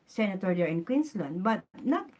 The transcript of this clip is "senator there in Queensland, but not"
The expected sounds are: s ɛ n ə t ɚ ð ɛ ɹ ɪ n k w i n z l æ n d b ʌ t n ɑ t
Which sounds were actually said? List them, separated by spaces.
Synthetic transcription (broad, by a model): s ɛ n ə t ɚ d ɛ ɹ ɪ n k w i n s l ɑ n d b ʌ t n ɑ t